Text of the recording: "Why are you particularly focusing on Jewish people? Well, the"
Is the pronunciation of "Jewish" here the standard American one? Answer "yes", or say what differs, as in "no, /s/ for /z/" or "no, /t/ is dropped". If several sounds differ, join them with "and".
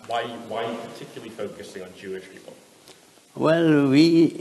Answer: yes